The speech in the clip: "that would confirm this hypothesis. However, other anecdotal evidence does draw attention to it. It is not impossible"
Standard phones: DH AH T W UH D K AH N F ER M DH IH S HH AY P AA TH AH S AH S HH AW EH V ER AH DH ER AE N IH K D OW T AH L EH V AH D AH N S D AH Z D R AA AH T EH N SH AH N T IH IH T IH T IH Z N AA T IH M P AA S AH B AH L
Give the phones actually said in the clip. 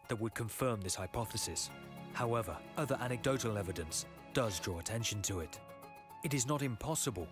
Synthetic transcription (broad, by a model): DH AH T W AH D K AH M F ER M DH IH S HH AY P AA TH AH S AH S HH AW EH V ER AH DH ER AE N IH K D OW T L EH V AH D AH N S D AH Z D R AA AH T EH N SH N T IH IH T IH T IH Z N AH T IH M P AA S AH B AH L